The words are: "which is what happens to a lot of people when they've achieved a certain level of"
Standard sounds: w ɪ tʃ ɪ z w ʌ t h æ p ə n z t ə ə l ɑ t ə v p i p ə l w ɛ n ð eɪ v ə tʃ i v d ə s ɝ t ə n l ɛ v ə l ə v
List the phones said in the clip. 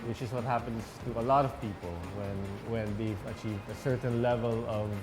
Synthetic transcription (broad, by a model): w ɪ tʃ ɪ z w ʌ t h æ p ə n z t ə ə l ɑ t ə v p i p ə n w ɛ n ð eɪ v ə tʃ i v d ə s ɝ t n l ɛ v ə l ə v